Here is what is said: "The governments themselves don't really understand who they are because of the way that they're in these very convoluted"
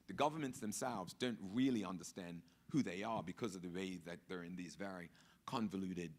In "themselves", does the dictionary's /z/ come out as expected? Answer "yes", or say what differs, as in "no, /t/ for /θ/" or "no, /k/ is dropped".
yes